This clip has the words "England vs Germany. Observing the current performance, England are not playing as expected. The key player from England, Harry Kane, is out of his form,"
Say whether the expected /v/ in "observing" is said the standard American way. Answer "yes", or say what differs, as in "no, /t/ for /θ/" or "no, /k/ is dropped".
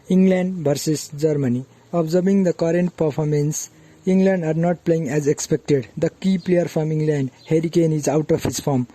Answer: no, /b/ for /v/